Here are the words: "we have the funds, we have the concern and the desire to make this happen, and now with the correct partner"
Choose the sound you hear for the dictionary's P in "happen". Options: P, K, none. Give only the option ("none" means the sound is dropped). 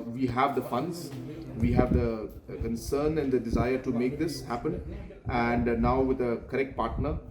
P